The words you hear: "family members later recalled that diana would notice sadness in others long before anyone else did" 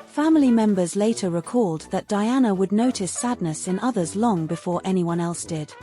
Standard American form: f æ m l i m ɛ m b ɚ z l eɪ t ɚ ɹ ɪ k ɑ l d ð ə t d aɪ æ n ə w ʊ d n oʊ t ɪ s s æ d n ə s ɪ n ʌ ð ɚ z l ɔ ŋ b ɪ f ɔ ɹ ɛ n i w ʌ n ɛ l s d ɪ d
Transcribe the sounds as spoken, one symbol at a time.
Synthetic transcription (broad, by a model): f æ m l i m ɛ m b ɚ z l eɪ t ɚ ɹ ɪ k ɑ l d ð ə t d aɪ æ n ə w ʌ d n oʊ t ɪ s s æ d n ə s ɪ n ʌ ð ɚ z l ɔ ŋ b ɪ f ɔ ɹ ɛ n i w ʌ n ɛ l s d ɪ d